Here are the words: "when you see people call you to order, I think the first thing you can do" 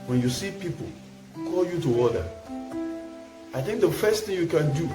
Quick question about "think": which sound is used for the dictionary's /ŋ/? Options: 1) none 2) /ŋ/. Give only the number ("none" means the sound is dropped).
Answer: 2